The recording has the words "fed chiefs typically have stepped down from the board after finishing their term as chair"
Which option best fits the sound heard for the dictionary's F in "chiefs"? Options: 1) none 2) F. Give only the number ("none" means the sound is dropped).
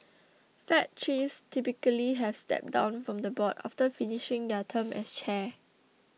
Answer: 1